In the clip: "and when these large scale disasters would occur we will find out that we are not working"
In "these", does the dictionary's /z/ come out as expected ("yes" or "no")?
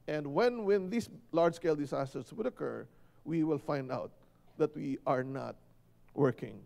no